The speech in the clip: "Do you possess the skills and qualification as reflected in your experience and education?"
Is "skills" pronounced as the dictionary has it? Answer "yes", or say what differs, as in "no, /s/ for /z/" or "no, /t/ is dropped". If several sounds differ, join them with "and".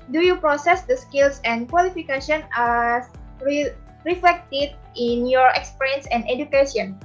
no, /s/ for /z/